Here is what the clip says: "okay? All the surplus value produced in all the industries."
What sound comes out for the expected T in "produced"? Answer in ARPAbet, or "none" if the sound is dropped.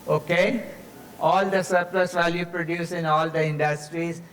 none